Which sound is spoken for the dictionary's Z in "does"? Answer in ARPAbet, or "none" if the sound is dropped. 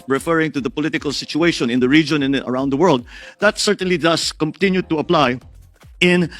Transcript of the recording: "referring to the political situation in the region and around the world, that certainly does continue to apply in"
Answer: S